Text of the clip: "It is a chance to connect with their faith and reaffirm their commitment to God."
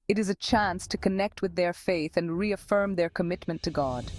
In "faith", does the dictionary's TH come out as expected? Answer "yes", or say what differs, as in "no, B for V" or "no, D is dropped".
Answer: yes